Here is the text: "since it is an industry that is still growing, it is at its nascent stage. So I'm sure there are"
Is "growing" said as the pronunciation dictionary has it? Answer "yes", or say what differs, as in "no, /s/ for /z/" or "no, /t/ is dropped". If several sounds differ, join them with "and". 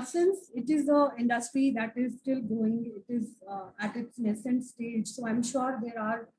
no, /ɹ/ is dropped